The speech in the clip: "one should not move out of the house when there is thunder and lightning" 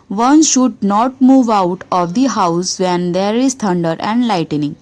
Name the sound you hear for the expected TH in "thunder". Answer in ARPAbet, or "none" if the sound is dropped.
T